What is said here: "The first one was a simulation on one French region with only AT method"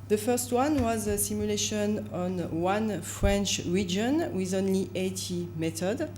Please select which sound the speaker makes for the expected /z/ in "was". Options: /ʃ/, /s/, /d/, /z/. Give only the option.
/z/